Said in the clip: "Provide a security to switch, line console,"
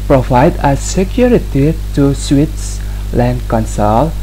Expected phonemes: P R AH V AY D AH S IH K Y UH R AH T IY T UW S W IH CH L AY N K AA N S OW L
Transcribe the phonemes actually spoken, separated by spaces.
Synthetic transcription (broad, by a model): P R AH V AY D AH S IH K Y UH R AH T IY T UW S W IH S L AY N K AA N S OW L